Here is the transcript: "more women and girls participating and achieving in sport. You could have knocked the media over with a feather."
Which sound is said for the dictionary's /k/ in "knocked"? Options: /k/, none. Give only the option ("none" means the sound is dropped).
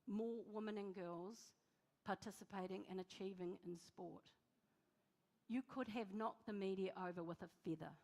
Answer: none